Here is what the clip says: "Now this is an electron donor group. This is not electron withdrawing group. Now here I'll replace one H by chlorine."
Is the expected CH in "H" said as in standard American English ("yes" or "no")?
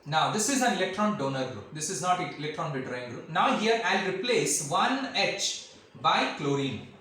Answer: yes